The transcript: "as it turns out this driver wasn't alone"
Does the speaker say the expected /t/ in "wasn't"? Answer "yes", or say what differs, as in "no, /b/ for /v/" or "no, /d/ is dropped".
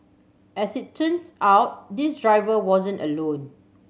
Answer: yes